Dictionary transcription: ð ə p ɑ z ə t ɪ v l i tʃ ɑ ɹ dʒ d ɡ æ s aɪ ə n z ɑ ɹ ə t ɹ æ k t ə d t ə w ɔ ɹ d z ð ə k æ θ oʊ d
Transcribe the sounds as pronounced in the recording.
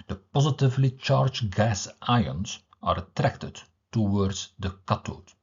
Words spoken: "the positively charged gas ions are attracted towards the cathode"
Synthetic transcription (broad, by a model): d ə p ɑ z ə t ɪ v l i tʃ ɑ ɹ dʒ ɡ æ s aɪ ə n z ɑ ɹ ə t ɹ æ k t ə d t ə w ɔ ɹ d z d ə k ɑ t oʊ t